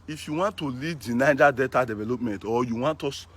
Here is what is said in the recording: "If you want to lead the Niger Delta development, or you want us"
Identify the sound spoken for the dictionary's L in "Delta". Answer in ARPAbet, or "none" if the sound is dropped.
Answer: none